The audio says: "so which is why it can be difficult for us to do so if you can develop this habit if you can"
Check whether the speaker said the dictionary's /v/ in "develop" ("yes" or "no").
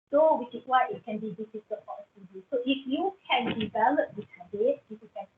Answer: yes